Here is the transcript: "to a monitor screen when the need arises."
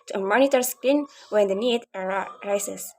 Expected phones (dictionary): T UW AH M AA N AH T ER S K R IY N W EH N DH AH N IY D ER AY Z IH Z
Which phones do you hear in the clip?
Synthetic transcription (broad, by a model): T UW AH M AA N AH T ER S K IY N W EH N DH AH N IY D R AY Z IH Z